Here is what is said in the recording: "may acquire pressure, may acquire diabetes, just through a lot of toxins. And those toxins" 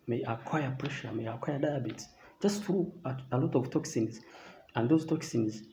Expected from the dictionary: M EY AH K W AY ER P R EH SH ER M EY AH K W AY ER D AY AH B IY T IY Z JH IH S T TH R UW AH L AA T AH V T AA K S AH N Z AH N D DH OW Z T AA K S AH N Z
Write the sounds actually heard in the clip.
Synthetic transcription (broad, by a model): M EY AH K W AY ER P R EH SH ER M EY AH K W AY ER D AY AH B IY T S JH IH S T TH R UW AH L AA T AH V T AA K S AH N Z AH N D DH OW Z T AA K S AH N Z